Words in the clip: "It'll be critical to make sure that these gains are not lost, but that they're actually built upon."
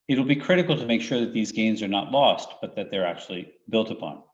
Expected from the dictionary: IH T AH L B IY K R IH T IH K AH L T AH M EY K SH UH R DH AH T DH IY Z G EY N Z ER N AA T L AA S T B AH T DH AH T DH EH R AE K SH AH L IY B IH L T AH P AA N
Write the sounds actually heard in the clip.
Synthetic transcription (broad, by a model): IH T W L B IY K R IH T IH K L T AH M EY K SH UH R DH AH T DH IY Z G EY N Z ER N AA T L AA S T B AH T DH AH T DH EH R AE K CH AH L IY B IH L T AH P AA N